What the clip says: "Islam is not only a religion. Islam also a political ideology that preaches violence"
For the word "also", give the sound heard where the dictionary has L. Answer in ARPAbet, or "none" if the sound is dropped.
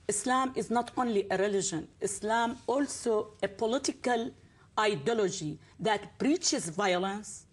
L